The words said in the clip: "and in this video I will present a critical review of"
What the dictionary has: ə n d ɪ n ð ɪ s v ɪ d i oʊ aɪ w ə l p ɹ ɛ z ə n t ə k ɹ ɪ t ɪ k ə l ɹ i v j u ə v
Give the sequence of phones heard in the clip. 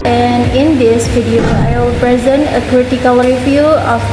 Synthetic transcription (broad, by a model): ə n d ɪ n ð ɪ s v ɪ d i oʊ aɪ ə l p ɹ ɛ z ə n t ə k ɹ ɪ t ɪ k ə l ɹ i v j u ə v